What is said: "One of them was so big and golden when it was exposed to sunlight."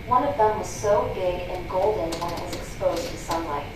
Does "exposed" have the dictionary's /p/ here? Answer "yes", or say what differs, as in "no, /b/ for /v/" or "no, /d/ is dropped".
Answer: yes